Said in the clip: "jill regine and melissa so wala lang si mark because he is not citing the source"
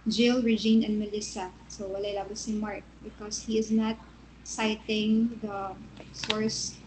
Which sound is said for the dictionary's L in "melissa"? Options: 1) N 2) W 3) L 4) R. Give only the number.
3